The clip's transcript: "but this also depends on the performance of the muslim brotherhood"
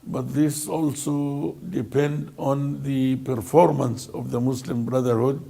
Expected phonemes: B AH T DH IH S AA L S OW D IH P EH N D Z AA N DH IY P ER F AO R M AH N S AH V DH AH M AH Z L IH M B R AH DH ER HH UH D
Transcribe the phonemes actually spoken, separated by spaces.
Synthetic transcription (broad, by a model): B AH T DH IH S AA L S OW D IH P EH N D AA N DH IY P ER F AO R M AH N S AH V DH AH M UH S L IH M B R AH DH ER HH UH D